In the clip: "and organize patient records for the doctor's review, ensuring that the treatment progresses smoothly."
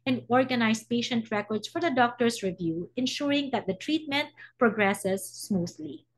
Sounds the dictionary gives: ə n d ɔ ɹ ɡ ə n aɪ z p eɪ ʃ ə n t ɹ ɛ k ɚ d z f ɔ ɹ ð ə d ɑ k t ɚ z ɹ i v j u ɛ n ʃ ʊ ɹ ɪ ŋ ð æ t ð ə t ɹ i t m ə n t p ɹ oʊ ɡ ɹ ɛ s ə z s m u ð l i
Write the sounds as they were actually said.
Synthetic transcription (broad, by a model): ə n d ɔ ɹ ɡ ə n aɪ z p eɪ ʃ ə n t ɹ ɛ k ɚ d s f ɔ ɹ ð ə d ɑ k t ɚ s ɹ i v j u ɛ n ʃ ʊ ɹ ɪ ŋ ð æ t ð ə t ɹ i t m ə n t p ɹ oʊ ɡ ɹ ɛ s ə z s m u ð l i